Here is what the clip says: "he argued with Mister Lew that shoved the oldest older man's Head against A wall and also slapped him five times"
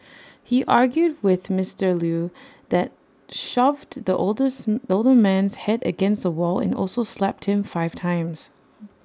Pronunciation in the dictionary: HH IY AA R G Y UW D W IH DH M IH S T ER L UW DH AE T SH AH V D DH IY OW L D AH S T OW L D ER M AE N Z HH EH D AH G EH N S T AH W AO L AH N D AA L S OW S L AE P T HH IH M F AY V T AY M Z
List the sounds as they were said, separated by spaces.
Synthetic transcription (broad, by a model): HH IY AA R G Y UW D W IH DH M IH S T ER L UW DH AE T SH AH V D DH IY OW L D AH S OW L D ER M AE N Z HH EH D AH G EH N S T AH W AO L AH N AA L S OW S L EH P T HH IH M F AY V T AY M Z